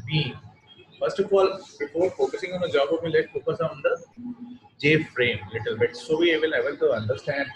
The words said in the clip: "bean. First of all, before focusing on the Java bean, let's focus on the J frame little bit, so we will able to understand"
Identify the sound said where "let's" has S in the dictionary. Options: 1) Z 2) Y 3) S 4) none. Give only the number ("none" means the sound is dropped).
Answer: 4